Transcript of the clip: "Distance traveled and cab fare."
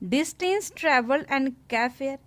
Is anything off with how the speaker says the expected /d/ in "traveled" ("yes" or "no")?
yes